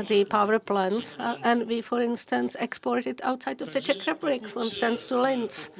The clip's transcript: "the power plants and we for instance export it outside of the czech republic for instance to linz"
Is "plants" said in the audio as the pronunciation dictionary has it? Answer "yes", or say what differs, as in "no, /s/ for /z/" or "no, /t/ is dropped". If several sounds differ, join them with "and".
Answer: no, /s/ is dropped